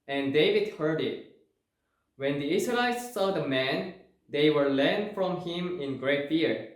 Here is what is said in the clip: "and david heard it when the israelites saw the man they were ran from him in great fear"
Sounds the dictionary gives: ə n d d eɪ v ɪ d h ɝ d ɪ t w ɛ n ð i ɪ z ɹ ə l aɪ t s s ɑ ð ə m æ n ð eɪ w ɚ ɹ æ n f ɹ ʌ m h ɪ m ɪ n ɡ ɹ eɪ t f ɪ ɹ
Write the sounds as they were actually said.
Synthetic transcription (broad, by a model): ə n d d eɪ v ɪ d h ɝ d ɪ t w ɛ n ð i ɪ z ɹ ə l aɪ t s s ɑ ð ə m æ n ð eɪ w ɚ l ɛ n f ɹ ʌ m h ɪ m ɪ n ɡ ɹ eɪ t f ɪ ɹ